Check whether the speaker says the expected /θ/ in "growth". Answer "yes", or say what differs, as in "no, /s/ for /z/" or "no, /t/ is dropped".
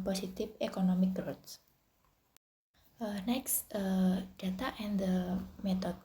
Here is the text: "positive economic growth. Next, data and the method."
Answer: no, /t/ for /θ/